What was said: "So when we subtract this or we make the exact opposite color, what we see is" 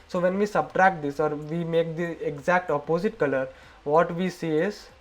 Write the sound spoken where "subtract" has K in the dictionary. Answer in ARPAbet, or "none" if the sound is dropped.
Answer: K